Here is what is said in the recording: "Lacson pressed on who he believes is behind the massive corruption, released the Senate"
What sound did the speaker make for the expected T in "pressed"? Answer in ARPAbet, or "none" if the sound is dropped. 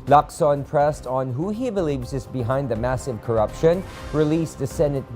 T